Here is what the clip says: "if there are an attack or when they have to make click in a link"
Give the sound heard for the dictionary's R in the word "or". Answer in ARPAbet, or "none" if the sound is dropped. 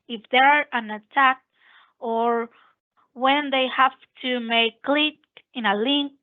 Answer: R